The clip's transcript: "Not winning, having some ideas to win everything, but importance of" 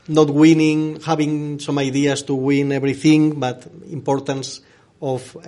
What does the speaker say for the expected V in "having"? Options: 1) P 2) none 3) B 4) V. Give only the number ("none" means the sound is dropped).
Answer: 3